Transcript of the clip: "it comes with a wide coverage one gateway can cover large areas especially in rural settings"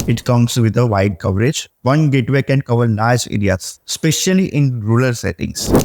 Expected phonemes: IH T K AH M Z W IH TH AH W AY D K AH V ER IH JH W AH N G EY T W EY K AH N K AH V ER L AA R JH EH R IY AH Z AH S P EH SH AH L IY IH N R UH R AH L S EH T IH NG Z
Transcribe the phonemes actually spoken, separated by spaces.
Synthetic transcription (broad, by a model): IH T K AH M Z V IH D AH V AY D K AH V ER IH JH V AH N G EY T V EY K AH N K AH V ER N AA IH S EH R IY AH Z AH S P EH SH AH L IY IH N R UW L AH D S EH T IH NG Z